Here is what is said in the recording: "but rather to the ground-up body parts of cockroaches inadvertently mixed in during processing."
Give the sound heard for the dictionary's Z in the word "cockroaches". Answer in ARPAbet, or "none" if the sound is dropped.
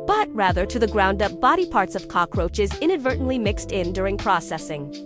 Z